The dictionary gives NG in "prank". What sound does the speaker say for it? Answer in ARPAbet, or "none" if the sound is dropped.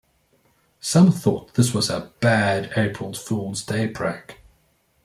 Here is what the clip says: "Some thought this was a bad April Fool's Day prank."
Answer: none